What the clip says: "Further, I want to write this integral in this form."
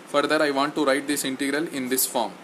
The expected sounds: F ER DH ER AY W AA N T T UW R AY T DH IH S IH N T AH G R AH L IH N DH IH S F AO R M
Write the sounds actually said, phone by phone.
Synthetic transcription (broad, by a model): F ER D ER AY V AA N T T UW R AY T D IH S IH N T AH G R AH L IH N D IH S F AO R M